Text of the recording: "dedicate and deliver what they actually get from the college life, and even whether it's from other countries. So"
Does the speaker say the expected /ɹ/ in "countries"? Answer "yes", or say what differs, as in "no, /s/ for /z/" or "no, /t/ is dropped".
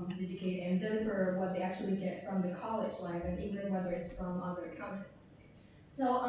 no, /ɹ/ is dropped